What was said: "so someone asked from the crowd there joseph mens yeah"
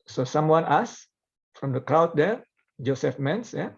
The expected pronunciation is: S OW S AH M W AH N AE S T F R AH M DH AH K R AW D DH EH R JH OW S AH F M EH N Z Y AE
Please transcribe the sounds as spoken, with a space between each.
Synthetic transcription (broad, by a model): S OW S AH M W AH N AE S F R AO M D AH K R AW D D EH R JH OW S AH F M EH N S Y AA